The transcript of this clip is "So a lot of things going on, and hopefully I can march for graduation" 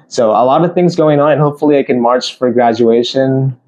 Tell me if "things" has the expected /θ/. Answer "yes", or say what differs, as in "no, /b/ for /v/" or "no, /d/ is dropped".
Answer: yes